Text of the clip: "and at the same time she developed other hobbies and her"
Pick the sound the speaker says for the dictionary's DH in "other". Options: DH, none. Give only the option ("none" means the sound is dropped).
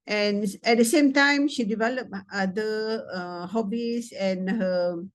none